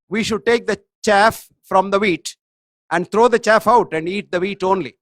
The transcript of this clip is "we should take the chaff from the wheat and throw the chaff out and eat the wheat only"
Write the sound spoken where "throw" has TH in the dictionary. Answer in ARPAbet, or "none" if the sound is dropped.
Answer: T